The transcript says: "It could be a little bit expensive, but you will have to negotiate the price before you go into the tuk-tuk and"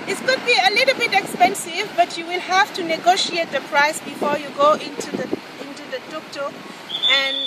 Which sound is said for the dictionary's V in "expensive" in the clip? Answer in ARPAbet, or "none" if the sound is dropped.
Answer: V